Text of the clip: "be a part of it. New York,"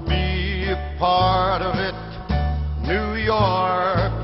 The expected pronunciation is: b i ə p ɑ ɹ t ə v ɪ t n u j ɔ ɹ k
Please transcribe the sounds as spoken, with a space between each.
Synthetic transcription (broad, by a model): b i p ɑ ɹ t ə v ɪ t n u j ɔ ɹ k